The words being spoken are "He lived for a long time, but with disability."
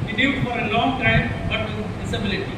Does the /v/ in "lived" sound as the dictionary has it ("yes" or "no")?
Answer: no